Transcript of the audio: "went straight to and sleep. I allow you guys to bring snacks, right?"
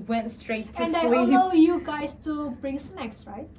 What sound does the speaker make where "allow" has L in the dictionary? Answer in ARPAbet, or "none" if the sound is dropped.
none